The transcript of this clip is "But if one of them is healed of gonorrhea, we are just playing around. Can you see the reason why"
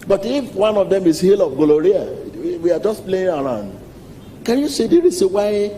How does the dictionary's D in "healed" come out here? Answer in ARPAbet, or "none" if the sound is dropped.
none